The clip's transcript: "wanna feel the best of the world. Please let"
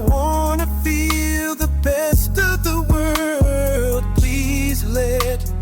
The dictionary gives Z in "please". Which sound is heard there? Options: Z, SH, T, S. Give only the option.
Z